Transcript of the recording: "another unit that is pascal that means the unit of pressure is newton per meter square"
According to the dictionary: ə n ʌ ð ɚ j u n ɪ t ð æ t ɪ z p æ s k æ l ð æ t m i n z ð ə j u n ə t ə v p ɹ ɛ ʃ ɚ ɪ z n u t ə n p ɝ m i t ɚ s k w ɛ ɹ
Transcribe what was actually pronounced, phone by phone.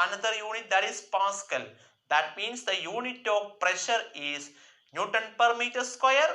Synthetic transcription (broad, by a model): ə n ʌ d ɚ j u n ɪ t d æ t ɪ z p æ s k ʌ l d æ t m i n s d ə j u n ə t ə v p ɹ ɛ ʃ ɚ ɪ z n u t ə n p ɝ m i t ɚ s k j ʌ ɹ